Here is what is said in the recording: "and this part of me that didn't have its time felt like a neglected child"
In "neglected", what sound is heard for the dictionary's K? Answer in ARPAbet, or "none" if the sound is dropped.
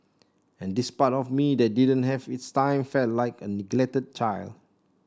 K